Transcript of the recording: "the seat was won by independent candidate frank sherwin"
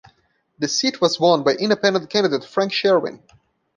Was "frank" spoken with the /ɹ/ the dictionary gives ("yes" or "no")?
yes